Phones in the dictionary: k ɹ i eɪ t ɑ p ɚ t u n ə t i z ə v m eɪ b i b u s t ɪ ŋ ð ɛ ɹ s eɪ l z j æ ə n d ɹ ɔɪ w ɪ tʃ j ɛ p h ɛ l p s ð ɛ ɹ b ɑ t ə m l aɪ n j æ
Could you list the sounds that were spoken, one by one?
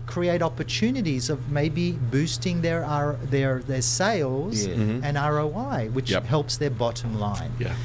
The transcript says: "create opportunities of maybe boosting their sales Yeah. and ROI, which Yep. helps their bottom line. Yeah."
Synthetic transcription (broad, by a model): k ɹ i eɪ t ɑ p ɚ t u n ə t i z ə v m eɪ b i b u s t ɪ ŋ ð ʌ ɹ s eɪ l z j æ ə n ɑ ɹ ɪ w ɪ tʃ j h ɛ l p s ð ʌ ɹ b ɑ t ə m l aɪ n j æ